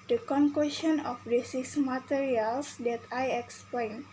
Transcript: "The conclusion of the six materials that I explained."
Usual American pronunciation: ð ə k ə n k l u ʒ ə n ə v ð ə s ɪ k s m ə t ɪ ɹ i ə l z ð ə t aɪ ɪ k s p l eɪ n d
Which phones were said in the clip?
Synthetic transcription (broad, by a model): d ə k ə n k w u ʃ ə n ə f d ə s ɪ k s m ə t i ɹ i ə l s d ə t aɪ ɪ k s p l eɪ n